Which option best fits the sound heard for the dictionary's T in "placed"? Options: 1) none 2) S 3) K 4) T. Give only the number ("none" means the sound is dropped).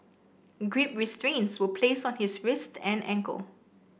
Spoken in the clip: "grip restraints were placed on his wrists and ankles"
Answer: 1